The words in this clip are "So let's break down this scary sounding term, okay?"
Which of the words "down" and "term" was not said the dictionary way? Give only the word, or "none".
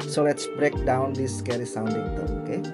term